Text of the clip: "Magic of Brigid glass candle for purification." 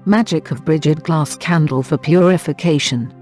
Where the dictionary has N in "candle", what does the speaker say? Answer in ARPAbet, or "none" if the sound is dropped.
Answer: N